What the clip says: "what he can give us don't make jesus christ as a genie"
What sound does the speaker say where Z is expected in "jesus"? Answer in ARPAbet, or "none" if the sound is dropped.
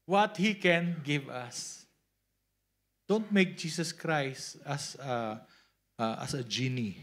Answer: S